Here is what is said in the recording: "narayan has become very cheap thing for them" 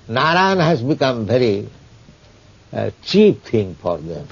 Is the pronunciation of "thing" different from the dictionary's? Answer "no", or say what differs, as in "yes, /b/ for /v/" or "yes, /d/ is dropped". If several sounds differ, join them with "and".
yes, /t/ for /θ/